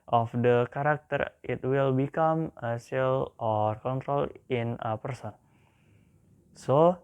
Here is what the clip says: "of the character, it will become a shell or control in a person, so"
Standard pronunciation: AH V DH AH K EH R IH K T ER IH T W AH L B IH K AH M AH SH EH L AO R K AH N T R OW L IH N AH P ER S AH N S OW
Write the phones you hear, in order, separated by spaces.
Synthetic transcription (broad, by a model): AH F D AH K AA R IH K T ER IH T W AH L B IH K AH M AH S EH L AO R K AH N T R OW L IH N AH P ER S AH N S OW